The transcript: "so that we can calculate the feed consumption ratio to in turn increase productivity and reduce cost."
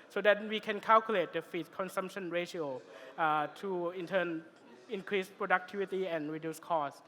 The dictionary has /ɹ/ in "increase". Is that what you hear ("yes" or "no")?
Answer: yes